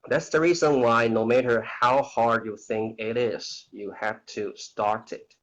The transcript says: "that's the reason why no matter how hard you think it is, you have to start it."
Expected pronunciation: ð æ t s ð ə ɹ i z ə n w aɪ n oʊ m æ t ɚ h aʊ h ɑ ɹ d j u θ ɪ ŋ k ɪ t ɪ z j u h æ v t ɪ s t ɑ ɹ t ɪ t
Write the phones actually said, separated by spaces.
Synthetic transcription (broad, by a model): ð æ t s ð ə ɹ i z ə n w aɪ n oʊ m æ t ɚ h aʊ h ɑ ɹ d j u θ ɪ ŋ k ɪ t ɪ z j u h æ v t ɪ s t ɑ ɹ t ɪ t